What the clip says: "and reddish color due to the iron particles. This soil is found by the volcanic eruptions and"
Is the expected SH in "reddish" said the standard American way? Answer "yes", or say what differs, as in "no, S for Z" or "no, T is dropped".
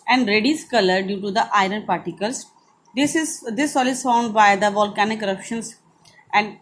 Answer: no, S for SH